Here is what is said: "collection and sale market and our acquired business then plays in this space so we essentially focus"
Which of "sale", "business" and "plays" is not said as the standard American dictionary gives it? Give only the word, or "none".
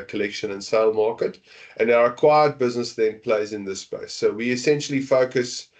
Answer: none